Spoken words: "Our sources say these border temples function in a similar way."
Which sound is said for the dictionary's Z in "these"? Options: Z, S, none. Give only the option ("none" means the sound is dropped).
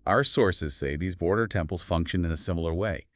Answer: Z